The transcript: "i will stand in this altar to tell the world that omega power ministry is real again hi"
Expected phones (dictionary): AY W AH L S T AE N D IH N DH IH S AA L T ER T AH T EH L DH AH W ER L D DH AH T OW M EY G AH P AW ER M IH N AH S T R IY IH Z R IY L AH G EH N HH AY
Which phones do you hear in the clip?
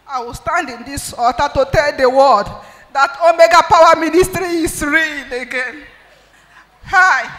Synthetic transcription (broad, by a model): AY W AH L S T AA N D IH N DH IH S AA T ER T AH T EH L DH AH W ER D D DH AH T OW M EY G AH P AW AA M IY N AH S T R IY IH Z R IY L AH G EH N HH AY